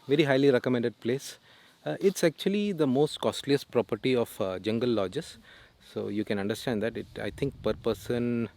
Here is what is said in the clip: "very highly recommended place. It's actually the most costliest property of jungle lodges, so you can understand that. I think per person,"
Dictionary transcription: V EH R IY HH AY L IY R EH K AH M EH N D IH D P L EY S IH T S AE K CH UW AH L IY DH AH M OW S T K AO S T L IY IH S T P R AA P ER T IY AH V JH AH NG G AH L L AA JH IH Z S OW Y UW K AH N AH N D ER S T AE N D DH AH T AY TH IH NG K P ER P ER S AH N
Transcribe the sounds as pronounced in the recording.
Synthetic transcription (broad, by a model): V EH R IY HH AY L IY R EH K AH M EH N D IH D P L EY S IH T S AE K CH UW AH L IY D AH M OW S T K AO S T L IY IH S P R AA P ER T IY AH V JH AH NG G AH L L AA JH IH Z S OW Y UW K AH N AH N D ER S T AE N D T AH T AY T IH NG K P ER P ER S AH N